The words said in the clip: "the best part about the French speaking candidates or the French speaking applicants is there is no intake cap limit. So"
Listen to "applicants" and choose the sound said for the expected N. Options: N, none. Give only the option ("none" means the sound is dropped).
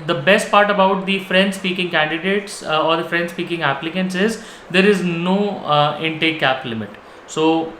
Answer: N